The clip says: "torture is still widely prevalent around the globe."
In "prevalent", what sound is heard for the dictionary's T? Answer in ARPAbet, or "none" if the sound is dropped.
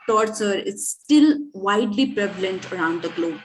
T